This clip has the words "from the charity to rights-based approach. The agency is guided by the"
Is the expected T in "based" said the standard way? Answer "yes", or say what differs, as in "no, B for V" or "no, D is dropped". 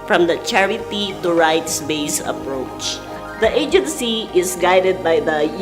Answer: no, T is dropped